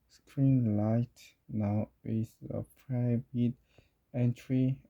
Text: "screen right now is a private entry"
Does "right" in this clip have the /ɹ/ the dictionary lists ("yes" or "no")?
no